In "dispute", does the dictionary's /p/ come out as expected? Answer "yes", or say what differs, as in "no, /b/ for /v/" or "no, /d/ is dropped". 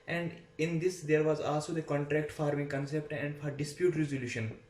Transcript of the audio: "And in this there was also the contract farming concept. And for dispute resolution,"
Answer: yes